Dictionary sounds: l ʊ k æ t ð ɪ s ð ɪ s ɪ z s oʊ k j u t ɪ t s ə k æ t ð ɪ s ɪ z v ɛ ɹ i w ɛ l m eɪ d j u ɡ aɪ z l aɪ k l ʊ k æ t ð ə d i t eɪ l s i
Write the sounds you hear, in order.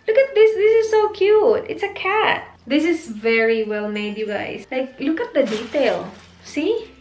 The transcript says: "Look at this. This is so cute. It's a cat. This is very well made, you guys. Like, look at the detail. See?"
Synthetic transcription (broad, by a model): l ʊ k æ t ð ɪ s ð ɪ s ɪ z s oʊ k j u t ɪ t s ə k æ t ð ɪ s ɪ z v ɛ ɹ i w ɛ l m eɪ d j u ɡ aɪ s l aɪ k l ʊ k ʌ t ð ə d i t eɪ l s i